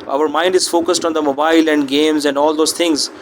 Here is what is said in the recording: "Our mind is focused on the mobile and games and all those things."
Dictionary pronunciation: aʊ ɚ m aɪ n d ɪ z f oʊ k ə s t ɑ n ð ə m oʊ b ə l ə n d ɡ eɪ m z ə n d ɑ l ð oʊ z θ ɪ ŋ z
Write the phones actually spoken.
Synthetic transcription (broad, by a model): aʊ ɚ m aɪ n d ɪ z f oʊ k ə s t ɑ n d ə m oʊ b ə l ə n d ɡ eɪ m z ə n d ɑ l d oʊ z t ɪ ŋ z